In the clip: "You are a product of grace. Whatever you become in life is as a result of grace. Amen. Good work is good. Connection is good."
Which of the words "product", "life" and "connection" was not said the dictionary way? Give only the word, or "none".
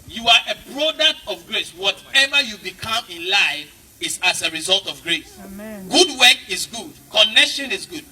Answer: product